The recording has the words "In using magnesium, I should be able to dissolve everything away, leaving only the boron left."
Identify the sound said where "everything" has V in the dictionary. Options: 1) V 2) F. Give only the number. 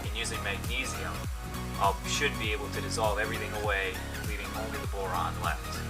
1